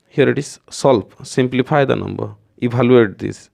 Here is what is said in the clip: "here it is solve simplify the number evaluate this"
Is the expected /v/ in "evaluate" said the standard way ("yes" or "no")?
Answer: no